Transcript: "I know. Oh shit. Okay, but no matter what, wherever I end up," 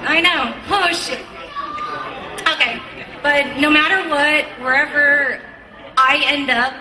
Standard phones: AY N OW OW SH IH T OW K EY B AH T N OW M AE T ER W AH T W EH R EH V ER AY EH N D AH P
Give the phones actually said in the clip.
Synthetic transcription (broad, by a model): AY N OW OW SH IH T OW K EY B AH T N OW M AE T ER W AH T W EH R EH V ER AY EH N D AH P